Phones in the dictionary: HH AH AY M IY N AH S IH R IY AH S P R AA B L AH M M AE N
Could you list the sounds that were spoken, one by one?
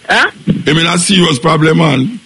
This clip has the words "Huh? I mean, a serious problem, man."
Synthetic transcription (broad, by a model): AY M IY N AH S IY W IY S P R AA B L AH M M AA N